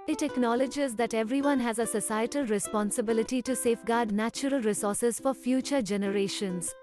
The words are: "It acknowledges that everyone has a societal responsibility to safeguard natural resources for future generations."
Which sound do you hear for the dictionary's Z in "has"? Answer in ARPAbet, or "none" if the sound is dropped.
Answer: Z